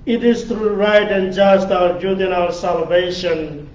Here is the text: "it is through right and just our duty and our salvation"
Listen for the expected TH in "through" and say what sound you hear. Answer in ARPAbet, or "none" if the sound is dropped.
T